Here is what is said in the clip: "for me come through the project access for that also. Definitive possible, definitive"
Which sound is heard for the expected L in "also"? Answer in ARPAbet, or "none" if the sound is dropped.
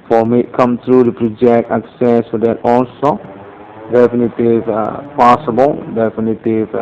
N